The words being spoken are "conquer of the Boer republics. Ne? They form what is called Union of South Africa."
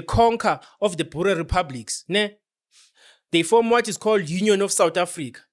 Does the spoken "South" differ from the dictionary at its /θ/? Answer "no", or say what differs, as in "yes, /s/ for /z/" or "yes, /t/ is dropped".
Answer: yes, /t/ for /θ/